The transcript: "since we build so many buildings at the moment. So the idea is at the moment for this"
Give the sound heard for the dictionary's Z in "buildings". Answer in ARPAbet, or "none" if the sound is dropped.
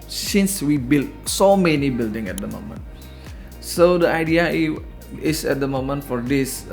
none